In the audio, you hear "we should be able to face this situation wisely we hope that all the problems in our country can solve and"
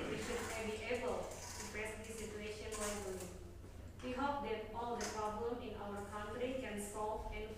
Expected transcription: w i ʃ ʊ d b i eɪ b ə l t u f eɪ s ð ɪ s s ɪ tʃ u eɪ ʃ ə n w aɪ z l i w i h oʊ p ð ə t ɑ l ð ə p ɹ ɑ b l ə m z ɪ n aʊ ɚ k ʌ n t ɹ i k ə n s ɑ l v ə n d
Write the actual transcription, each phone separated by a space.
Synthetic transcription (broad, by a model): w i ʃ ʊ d b i eɪ b ə l t u p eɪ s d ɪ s s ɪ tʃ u eɪ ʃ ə n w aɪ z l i w i h oʊ p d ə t ɑ l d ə p ɹ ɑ b l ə m ɪ n aʊ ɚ k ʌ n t ɹ i k ə n s ɑ l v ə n